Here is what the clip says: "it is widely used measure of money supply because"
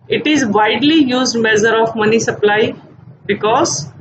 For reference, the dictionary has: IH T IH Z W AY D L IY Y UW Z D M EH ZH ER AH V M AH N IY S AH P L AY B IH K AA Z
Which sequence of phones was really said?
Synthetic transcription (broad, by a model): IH T IH Z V AY D L IY Y UW Z D M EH Z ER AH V M AH N IY S AH P L AY B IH K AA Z